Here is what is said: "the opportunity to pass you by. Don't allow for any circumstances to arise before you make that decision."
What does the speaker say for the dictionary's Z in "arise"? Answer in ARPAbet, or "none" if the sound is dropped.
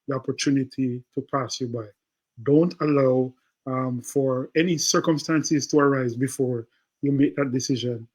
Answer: Z